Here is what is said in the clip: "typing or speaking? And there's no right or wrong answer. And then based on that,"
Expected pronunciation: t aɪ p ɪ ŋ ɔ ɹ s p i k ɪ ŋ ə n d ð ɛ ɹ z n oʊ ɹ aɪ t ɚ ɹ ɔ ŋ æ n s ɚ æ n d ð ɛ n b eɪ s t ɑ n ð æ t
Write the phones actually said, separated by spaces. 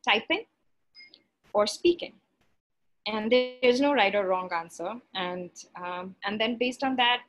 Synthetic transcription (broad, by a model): t aɪ p ɪ ŋ ɔ ɹ s p i k ɪ ŋ ə n d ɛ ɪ z n oʊ ɹ aɪ t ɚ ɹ ɔ ŋ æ n s ɚ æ n d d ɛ n b eɪ s t ɑ n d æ t